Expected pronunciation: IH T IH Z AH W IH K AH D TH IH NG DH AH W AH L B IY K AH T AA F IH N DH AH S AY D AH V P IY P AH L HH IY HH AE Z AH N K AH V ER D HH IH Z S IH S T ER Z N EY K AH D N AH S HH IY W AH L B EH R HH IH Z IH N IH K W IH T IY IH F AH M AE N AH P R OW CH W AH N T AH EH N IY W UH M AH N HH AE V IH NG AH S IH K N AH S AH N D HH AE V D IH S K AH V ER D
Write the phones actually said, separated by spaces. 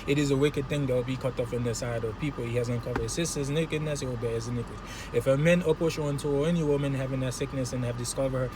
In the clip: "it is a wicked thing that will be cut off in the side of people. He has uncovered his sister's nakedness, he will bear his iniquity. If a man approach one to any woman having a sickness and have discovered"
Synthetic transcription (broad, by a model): IH T IH Z AH W IH K AH D TH IH NG DH AH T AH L B IY K AH T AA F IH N DH AH S AY D AH V P IY P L HH IY HH AE Z AH N K AH V ER D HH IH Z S IH S T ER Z N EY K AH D N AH S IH W AH L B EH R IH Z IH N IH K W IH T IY IH F AH M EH N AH P OW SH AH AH N T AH EH N IY W UH M AH N HH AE V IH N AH S IH K N AH S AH N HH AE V D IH S K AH V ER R